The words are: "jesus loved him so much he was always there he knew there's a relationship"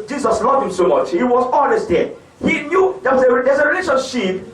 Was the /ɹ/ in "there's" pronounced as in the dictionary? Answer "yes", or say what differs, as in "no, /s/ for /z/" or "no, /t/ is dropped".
no, /w/ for /ɹ/